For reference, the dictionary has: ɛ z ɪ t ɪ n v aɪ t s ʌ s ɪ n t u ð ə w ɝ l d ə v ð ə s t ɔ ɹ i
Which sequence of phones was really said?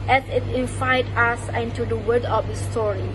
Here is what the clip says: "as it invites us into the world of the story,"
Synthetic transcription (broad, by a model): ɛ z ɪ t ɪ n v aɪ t ʌ s ɪ n t u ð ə w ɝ d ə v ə s t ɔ ɹ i